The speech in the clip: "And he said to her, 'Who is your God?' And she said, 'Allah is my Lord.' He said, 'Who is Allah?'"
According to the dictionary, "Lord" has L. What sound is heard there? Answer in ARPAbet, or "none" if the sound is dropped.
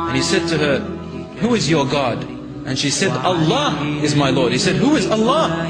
L